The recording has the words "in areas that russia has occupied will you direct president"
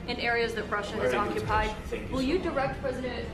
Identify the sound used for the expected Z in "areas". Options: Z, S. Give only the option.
Z